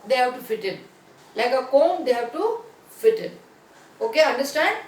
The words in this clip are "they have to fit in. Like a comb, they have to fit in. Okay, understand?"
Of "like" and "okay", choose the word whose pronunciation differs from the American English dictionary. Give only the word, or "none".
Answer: none